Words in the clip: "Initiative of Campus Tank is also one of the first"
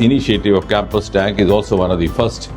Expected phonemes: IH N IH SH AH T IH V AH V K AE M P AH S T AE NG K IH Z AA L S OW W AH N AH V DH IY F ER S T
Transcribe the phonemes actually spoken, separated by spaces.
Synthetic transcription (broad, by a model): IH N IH SH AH T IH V AH V K AE M P AH S T AE NG K IH Z AA L S OW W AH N AH V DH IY F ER S T